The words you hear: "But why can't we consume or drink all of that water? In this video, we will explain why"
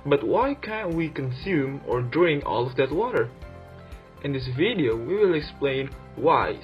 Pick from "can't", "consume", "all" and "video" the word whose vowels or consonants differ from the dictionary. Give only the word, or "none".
none